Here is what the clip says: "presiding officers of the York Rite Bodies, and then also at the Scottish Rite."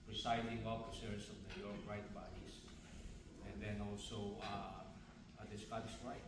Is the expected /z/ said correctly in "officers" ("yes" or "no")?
no